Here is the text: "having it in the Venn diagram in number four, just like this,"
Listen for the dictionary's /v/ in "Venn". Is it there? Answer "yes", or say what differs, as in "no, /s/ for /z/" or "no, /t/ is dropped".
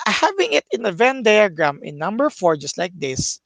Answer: yes